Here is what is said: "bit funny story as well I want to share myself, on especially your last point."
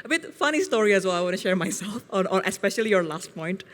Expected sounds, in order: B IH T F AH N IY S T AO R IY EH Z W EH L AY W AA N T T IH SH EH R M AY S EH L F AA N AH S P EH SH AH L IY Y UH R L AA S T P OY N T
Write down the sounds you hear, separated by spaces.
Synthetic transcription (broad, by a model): B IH T F AH N IY S T AO R IY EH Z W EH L AY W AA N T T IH SH EH R M AY S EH L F AA N AH S P EH SH AH L IY Y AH R L AA S T P OY N T